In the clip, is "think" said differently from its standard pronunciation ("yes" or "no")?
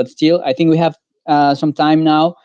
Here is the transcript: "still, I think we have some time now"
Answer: no